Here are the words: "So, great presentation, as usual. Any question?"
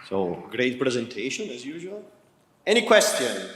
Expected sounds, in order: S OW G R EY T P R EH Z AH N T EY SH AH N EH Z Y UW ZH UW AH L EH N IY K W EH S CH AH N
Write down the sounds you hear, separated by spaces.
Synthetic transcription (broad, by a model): S OW G R EY T P R EH Z AH N T EY SH AH N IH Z Y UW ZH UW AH L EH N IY K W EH S CH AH N